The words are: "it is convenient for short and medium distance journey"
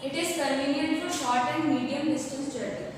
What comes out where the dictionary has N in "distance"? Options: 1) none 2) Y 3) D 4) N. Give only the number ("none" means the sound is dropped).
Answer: 1